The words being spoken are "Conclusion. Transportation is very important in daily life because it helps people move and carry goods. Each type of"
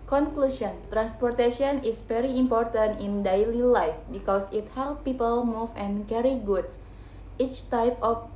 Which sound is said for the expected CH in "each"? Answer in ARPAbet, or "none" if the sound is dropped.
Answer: CH